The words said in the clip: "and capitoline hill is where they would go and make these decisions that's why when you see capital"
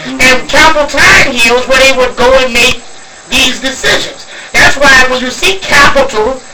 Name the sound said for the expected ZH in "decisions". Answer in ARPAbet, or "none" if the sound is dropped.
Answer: ZH